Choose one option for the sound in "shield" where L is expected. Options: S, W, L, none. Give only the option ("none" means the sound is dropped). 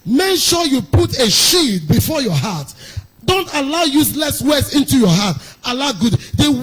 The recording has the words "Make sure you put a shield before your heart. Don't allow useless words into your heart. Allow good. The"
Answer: none